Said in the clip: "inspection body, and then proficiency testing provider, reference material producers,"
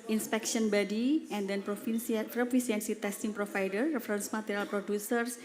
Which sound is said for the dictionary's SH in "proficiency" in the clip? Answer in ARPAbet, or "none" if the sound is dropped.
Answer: S